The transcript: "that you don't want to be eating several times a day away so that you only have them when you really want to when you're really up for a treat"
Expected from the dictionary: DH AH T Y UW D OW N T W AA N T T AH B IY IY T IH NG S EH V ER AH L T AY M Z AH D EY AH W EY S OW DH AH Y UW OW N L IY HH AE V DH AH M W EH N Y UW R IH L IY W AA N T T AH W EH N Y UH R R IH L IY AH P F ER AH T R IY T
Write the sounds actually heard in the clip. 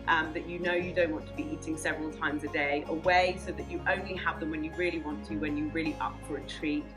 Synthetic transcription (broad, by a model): DH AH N Y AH D OW N T W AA N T T AH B IY IY T IH NG S EH V ER AH L T AY M Z AH D EY AH W EY S OW DH AH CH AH OW N L IY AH V DH AH M W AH N Y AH R IH L IY W AA N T T AH W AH N Y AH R R IH L IY AH P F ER AH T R IY